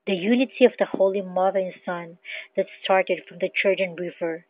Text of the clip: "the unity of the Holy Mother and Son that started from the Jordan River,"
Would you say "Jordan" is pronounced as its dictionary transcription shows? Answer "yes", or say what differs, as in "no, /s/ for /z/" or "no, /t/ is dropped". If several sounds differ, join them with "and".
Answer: no, /tʃ/ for /dʒ/